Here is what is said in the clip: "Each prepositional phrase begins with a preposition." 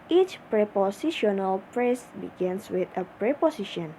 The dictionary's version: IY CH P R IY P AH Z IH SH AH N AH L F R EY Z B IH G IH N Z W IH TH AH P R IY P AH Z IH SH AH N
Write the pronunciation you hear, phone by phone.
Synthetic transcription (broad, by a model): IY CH P R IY P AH S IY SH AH N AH L P R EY S B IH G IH N S W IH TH AH P R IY P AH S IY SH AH N